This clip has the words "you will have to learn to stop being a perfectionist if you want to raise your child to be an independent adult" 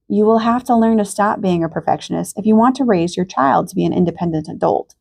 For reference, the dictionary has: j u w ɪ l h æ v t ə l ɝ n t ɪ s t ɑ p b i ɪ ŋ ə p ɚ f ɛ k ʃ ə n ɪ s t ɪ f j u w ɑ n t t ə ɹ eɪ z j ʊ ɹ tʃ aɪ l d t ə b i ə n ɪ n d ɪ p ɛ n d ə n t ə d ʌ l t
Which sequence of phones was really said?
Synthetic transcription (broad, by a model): j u w ɪ l h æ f t ə l ɝ n t ɪ s t ɑ p b i ɪ ŋ ə p ɚ f ɛ k ʃ ə n ɪ s t ɪ f j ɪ w ɑ n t t ə ɹ eɪ z j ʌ ɹ tʃ aɪ l d t ə b i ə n ɪ n d ɪ p ɛ n d ə n t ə d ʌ l t